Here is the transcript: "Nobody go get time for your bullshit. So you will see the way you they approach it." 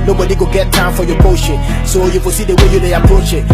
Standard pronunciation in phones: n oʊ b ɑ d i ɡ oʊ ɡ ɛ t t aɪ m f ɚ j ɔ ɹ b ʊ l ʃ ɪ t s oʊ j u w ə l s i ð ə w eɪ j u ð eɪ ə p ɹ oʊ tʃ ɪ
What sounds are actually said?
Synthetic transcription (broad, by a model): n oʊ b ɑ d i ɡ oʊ ɡ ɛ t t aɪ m f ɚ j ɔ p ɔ ʃ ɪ s oʊ j u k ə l s i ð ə w eɪ j u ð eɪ ə p ɹ oʊ tʃ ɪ